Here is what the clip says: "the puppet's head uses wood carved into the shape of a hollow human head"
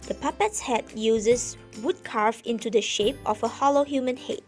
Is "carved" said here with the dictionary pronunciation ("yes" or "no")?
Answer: no